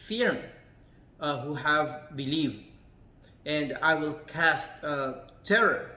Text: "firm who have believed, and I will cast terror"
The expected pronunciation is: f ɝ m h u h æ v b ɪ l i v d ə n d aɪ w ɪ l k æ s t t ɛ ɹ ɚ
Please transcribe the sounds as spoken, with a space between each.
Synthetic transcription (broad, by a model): f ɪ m h u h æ v b ɪ l i v d ə n d aɪ w ɪ l k æ s t t ɛ ɹ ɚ